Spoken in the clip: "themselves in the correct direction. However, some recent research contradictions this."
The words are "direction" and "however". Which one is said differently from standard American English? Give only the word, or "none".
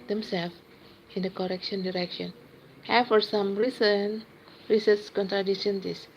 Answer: however